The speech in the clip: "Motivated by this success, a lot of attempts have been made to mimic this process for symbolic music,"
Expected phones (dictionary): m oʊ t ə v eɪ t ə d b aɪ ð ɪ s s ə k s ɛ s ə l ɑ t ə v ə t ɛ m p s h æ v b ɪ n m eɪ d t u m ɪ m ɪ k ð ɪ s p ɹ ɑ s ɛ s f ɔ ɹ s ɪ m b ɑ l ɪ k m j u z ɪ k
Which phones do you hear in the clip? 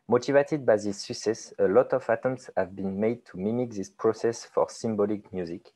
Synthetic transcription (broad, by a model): m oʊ t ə v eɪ t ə d b aɪ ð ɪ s s ə k s ɛ s ə l ɑ t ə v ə t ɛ m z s h æ v b ɪ n m eɪ d t u m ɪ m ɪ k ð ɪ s p ɹ ɑ s ɛ s f ɔ ɹ s ɪ m b ɑ l ɪ k m j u z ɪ k